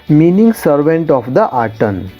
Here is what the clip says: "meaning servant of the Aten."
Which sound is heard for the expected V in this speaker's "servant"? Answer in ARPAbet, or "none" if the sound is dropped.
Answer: V